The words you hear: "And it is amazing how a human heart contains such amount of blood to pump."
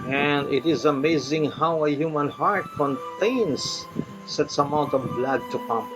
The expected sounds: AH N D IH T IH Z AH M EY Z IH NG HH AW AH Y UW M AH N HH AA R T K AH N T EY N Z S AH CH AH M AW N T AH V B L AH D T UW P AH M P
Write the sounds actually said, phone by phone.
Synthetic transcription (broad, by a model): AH N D IH T IH Z AH M EY Z IH NG HH AW AH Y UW M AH N HH AA R T K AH N T EY N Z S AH S AH M AW N T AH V B L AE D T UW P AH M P